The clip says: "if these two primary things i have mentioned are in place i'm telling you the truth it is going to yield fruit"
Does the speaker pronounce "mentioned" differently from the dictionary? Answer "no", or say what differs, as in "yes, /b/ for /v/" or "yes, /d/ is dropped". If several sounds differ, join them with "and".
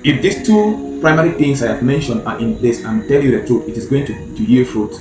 no